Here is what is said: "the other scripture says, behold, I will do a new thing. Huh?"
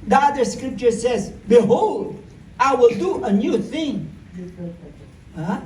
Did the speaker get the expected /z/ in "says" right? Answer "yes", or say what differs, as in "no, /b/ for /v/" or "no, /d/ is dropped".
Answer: yes